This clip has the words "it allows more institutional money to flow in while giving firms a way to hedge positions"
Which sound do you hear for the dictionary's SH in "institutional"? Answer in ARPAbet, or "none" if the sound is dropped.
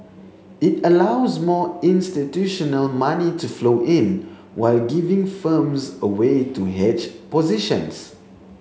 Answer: SH